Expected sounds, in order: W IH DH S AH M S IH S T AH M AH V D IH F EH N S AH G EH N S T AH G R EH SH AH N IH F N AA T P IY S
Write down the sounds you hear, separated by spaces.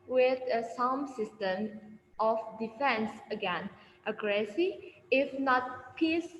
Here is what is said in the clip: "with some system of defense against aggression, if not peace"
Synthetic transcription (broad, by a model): W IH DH S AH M S IH S T AH M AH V D IH F EH N S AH G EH N T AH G R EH S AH IH F N AA T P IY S